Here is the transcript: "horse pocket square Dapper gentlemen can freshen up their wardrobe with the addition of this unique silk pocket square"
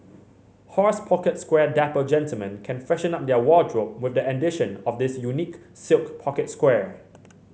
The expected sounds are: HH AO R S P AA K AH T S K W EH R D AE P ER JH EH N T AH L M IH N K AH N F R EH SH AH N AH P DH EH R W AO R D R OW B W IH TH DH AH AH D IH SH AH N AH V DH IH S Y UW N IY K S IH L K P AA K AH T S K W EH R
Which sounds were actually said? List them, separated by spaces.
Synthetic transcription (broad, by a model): HH AO R S P AA K AH T S K W EH D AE P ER JH EH N T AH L M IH N K AH N F EH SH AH N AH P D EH W AO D R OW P W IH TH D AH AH D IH SH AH N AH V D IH S Y UW N IY K S IH L K P AA K AH T S K W EH